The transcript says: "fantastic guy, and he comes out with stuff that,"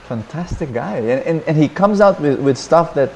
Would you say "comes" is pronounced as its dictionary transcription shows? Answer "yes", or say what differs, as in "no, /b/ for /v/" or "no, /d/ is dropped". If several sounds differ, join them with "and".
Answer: yes